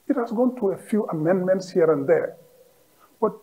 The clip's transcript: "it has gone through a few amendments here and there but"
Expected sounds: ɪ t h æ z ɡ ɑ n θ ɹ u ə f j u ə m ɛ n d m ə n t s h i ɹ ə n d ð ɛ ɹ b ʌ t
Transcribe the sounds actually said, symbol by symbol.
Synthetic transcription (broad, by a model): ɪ t h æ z ɡ ɑ n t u ə f j u ə m ɛ n d m ə n t s h i ɹ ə n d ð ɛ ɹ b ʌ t